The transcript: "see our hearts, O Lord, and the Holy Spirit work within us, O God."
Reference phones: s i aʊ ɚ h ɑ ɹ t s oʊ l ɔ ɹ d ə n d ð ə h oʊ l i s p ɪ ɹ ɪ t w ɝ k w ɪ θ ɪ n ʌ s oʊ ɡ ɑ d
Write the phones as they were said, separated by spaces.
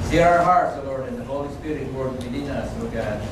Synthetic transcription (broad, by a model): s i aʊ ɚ h ɑ ɹ t s oʊ l ɔ ɹ d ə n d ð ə h oʊ l i s p ɪ ɹ ɪ t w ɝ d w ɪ t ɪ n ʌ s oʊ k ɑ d